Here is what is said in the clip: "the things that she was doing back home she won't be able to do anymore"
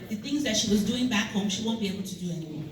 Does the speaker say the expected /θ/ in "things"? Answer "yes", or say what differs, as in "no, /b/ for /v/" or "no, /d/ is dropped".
yes